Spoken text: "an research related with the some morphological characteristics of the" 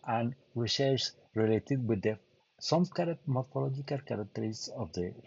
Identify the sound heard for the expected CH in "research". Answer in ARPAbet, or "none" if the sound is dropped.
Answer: S